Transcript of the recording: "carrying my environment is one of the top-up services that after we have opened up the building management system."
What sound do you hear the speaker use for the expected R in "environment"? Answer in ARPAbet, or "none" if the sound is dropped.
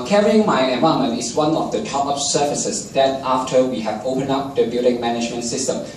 none